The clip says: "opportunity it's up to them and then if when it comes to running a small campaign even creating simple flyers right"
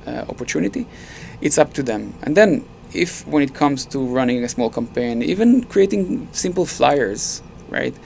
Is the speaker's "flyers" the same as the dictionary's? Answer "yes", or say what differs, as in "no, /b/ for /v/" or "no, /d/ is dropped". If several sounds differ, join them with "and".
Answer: yes